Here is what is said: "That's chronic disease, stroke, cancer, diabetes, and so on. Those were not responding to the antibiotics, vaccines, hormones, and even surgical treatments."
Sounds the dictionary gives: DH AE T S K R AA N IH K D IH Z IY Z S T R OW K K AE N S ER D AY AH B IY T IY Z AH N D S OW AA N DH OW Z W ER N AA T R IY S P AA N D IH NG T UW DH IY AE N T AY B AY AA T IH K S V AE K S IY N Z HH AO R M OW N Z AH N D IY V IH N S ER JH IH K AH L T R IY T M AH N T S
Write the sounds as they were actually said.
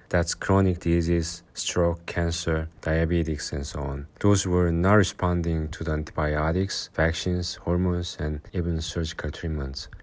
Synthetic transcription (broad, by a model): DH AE T S K R AA N IH K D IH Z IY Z S T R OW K K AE N S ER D AY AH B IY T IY S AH N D S OW AA N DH OW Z W ER N AA T R IY S P AA N D IH NG T UW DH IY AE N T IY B AY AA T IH K S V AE K SH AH N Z HH AO R M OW N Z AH N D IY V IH N S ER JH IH K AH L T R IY M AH N T S